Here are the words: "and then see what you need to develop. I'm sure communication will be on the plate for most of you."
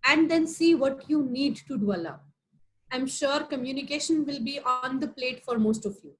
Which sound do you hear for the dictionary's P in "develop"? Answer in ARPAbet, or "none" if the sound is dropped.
none